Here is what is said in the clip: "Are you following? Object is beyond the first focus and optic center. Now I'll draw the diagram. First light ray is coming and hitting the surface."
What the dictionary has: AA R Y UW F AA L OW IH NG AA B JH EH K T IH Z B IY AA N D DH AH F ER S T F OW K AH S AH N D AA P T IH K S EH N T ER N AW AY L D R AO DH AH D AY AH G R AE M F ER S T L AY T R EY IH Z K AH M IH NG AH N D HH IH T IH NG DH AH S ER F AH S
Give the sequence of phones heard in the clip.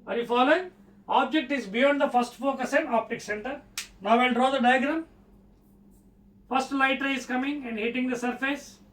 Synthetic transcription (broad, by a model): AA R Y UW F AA L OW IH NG AA B JH EH K T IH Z B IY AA N D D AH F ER S T F OW K AH S AH N D AA P T IH K S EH N T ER N AW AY N D R AO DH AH D AY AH G R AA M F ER S T L AY T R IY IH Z K AH M IH NG AH N D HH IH T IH NG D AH S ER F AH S